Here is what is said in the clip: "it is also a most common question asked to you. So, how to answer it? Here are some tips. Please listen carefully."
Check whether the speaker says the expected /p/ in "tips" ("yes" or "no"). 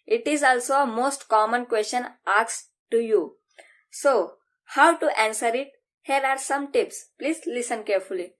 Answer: yes